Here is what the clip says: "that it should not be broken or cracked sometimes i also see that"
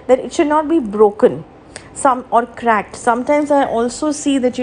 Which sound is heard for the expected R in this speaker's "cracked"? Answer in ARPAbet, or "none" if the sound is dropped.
R